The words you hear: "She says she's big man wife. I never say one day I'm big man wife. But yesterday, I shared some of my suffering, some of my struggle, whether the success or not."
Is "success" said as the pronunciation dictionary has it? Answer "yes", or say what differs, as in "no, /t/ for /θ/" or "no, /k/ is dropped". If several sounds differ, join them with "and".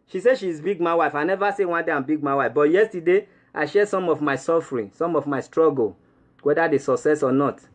yes